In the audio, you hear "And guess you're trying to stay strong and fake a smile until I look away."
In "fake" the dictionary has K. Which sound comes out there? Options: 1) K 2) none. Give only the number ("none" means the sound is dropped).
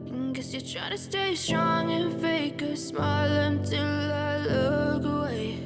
1